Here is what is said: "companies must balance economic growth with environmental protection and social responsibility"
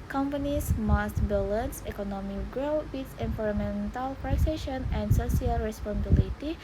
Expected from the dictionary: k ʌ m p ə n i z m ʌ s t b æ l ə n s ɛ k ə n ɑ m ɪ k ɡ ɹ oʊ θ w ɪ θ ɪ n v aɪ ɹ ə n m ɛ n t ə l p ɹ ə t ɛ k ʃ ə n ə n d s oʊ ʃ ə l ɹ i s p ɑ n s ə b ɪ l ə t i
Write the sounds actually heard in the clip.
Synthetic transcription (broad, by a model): k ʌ m p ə n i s m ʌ s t b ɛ l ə n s ɛ k ə n ɑ m ɪ k ɡ ɹ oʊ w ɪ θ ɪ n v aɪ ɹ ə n m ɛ n t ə l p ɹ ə s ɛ ʃ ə n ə n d s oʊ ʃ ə l ɹ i s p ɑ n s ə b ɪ l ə t i